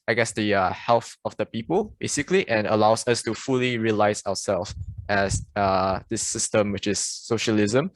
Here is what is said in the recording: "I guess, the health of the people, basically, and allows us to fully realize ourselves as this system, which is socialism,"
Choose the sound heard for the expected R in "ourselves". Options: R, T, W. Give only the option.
W